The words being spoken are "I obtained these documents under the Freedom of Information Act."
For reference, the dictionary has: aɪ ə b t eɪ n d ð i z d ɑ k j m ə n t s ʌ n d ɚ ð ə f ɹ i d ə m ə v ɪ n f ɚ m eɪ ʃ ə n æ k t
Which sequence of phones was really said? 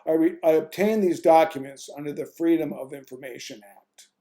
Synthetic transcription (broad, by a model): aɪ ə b t eɪ n ð i z d ɑ k j m ə n t s ʌ n d ɚ ð ə f ɹ i d ə m ə v ɪ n f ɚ m eɪ ʃ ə n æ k t